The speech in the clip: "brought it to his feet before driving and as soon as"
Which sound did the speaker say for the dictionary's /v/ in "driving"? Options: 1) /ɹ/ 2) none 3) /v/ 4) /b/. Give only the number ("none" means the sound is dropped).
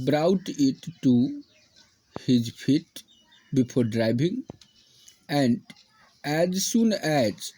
4